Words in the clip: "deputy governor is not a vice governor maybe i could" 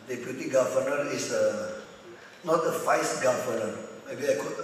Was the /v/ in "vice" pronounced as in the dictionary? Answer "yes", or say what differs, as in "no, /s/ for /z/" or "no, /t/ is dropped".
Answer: no, /f/ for /v/